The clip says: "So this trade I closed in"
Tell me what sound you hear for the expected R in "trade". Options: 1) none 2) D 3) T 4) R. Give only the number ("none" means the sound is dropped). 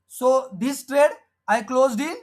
4